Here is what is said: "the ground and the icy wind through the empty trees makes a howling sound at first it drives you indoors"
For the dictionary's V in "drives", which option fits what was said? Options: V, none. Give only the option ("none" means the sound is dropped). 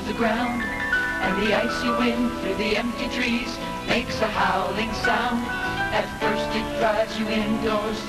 none